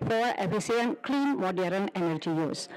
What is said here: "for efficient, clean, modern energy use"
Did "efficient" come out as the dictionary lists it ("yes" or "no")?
no